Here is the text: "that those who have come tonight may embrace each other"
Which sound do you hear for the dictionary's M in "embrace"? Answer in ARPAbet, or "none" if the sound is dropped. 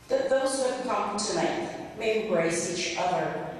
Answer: none